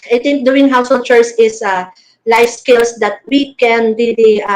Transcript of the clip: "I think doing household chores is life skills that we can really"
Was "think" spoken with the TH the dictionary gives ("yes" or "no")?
no